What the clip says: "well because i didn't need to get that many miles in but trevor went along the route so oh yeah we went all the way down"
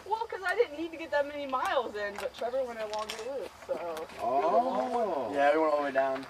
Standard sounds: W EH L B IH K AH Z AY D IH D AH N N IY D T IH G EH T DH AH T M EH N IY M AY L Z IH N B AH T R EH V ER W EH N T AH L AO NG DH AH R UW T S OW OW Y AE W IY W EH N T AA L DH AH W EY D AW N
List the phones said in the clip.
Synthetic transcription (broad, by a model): W EH L K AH Z AY D IH D N N IY D T IH G EH T DH AH T M EH N IY M AY L Z IH N B AH T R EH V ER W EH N AH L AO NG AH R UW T S OW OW Y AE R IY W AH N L W EY D AW N